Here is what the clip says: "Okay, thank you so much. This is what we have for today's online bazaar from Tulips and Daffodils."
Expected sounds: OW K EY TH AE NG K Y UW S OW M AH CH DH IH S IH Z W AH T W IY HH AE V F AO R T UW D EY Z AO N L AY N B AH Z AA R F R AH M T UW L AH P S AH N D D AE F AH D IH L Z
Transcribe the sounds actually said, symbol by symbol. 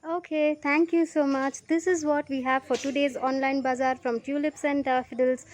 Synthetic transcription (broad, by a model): OW K EY T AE NG K Y UW S OW M AH CH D IH S IH Z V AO T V IY HH AE V F AO R T UW D EY Z AO N L AY N B AH Z AA R F R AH M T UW L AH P S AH N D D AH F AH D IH L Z